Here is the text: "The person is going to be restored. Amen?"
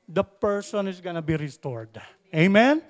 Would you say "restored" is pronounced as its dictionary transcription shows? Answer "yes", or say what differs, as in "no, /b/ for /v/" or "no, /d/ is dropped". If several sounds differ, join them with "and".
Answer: yes